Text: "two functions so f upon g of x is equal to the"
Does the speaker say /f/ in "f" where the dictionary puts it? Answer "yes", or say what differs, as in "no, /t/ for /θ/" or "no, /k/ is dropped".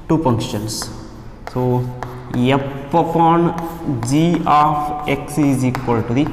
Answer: no, /p/ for /f/